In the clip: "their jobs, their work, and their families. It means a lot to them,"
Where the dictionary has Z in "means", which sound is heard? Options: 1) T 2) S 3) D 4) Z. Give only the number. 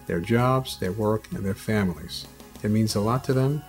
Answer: 4